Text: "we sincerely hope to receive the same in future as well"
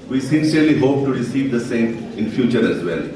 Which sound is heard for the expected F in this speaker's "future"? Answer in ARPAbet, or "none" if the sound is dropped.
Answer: F